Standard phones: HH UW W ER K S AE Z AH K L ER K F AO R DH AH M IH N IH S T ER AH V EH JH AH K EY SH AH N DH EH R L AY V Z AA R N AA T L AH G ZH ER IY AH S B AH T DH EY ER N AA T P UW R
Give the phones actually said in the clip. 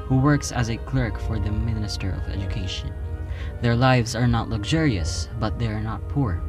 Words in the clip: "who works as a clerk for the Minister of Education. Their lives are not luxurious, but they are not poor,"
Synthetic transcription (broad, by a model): HH UW W ER K S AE Z AH K L ER K F AO R DH AH M IH N IH S T ER AH V EH JH AH K EY SH AH N DH EH R L AY V Z AA R N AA T L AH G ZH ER IY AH S B AH T DH EY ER N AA T P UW R